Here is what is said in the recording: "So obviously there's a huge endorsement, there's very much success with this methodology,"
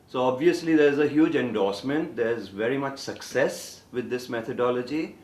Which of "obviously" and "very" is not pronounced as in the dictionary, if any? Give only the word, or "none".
none